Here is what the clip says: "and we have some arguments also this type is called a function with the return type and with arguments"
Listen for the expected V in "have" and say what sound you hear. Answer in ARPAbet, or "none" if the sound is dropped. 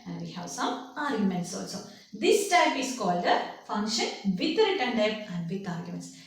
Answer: W